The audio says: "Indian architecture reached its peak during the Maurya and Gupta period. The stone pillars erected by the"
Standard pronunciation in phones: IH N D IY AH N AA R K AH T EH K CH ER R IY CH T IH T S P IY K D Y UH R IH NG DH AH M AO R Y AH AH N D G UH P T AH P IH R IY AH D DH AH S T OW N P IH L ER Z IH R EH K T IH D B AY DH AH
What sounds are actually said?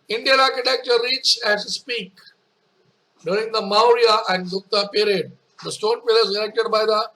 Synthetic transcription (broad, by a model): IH N D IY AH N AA R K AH T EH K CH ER R IY CH IH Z S P IY K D Y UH R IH NG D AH M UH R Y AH AH N D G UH T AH P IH R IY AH D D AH S T OW N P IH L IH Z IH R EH K T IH D B AY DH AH